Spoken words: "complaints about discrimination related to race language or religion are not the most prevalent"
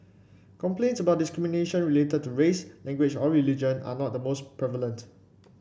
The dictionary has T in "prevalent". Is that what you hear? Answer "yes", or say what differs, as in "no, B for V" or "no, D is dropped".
yes